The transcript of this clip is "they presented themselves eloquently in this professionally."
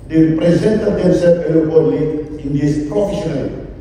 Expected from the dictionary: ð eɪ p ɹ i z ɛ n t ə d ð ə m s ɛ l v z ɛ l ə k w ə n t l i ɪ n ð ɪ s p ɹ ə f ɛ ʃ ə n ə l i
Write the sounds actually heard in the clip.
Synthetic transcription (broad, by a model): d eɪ p ɹ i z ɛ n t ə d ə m s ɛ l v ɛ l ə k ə t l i ɪ n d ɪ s p ɹ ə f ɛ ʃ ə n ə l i